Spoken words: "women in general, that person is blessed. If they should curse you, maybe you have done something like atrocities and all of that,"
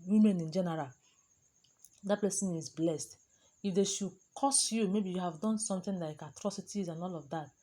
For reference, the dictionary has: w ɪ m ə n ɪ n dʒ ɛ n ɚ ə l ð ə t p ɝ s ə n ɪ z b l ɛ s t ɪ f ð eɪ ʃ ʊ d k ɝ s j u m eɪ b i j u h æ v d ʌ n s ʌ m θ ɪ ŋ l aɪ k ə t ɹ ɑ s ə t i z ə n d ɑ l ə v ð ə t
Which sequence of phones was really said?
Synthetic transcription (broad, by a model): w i m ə n ɪ n dʒ ɛ n ɚ ə l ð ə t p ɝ s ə n ɪ z b l ɛ s t ɪ f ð eɪ ʃ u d k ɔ s j u m eɪ b i j u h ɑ v d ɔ n s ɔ m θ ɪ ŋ l aɪ k ə t ɹ ɑ s ə t i z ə n ɑ l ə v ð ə t